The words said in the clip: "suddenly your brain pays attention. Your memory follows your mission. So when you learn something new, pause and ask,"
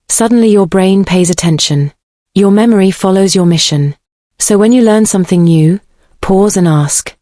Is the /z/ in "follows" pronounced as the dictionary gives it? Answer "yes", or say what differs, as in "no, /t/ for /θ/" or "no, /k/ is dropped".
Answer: yes